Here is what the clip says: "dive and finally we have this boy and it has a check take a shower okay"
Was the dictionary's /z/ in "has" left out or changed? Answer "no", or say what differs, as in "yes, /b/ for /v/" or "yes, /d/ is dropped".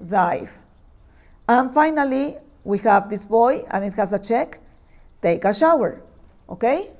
yes, /s/ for /z/